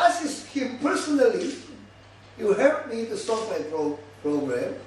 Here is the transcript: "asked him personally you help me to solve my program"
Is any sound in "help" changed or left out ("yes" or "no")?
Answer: yes